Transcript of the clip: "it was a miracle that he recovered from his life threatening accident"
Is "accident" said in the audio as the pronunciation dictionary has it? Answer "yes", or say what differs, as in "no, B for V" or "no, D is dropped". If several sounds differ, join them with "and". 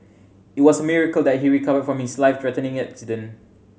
no, T is dropped